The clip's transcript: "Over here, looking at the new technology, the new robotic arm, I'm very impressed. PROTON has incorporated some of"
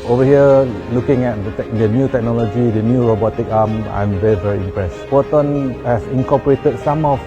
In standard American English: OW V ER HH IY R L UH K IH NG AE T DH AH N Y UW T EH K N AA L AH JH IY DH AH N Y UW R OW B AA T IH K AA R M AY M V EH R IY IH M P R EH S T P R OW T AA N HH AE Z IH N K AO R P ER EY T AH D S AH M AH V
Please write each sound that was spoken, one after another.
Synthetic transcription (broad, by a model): OW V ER HH IY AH L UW K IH NG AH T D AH N Y UW T EH K N AA L AH JH IY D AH N Y UW R OW B AA T IH K AA M AY M V EH R IY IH M P R EH S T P OW T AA N HH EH S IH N K AO P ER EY T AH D S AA M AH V